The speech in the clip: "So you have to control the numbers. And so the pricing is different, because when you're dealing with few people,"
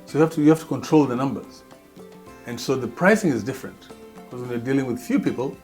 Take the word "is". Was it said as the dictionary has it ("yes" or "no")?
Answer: yes